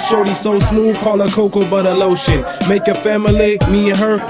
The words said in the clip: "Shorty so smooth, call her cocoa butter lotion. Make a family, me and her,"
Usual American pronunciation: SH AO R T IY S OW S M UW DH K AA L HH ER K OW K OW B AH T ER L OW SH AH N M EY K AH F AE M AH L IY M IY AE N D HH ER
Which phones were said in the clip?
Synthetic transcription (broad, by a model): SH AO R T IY S OW S M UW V K AA L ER K OW K OW B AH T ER L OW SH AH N M EY K AH F AE M AH L IY M IY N HH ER